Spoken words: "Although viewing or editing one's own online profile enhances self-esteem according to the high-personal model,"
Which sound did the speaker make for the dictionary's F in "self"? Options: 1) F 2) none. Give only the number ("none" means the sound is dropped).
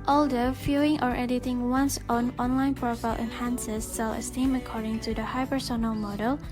2